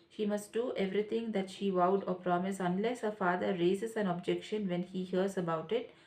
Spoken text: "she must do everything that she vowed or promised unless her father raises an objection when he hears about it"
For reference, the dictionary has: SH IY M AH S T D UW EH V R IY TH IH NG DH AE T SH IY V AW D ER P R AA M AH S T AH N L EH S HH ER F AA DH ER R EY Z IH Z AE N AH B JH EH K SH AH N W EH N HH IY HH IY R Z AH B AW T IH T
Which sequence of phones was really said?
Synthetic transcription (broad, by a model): SH IY M AH S T D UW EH V R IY T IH NG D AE T SH IY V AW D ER P R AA M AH S AH N L EH S HH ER F AA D ER R EY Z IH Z AE N AH B JH EH K SH AH N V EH N HH IY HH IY R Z AH B AW T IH T